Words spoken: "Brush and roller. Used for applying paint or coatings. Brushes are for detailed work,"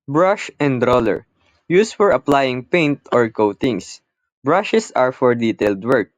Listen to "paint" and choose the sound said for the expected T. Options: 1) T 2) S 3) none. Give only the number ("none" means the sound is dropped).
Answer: 1